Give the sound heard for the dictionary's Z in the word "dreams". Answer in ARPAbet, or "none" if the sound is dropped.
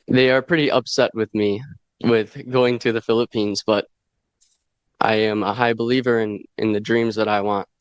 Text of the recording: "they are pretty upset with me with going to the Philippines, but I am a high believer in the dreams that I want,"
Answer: Z